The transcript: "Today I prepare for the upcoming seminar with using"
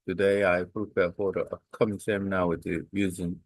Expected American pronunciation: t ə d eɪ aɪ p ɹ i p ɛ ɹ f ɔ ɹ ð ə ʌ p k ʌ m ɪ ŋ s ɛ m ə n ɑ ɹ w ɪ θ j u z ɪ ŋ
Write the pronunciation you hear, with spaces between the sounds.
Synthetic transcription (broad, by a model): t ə d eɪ aɪ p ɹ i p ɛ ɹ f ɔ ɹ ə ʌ k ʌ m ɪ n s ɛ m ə n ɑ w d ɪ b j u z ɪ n